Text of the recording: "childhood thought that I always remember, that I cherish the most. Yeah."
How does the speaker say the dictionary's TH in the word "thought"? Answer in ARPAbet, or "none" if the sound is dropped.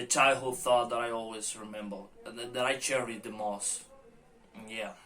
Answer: TH